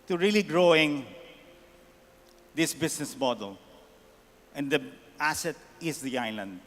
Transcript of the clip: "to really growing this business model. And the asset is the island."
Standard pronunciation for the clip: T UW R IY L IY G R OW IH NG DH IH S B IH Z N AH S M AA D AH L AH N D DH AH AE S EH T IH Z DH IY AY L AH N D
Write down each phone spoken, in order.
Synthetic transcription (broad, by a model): T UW R IY L IY G R OW IH NG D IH S B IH S N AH S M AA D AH L AH N D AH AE S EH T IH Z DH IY AY L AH N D